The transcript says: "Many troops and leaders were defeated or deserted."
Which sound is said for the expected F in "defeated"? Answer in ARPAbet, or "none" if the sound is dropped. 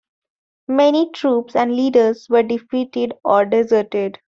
F